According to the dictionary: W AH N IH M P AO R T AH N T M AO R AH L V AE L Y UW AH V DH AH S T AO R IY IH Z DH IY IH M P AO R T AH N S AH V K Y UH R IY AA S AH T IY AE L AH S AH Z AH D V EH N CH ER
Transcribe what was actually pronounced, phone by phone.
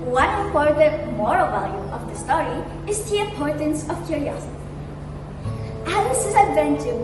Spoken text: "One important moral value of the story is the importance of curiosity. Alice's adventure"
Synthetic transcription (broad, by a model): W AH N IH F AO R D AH M AO R AH L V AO L Y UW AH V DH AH S T AO R IY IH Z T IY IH P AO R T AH N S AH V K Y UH R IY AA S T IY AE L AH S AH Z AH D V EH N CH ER